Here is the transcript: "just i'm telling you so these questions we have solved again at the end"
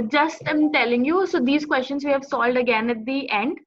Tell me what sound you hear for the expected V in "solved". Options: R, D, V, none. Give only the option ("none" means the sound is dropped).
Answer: none